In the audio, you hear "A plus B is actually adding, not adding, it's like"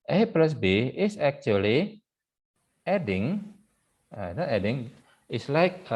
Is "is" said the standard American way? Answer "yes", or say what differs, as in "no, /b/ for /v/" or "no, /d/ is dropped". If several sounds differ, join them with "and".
no, /s/ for /z/